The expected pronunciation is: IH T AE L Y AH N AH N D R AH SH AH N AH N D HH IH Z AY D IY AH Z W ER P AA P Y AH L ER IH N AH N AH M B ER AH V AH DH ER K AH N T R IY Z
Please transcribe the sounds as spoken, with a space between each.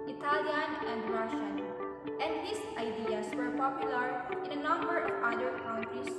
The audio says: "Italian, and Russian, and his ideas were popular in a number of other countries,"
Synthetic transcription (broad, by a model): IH T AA L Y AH N AH N D R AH SH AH N AH N D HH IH S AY D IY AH S W ER P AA P Y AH L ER IH N AH N AH M B ER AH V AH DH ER K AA N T R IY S